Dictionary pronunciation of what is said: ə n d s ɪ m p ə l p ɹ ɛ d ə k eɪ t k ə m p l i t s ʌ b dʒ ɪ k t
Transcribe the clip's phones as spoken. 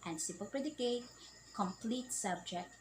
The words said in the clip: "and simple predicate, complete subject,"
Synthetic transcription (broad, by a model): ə n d s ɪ p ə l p ɹ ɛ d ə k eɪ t k ə m p l i t s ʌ b dʒ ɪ k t